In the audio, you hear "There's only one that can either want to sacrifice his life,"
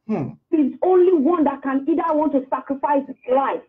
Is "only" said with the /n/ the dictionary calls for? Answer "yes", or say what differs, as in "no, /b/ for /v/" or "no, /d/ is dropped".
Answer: yes